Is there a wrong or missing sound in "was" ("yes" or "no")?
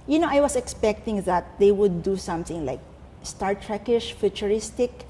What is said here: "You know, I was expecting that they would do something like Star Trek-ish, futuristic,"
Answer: yes